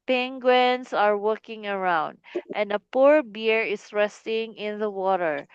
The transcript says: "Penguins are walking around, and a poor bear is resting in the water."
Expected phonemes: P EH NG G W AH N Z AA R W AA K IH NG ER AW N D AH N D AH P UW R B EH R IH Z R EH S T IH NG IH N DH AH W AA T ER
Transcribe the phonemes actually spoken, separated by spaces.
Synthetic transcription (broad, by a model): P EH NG G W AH N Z AA R W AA K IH NG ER AW N D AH N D AH P UW R B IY R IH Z R EH S T IH NG IH N DH AH W AA T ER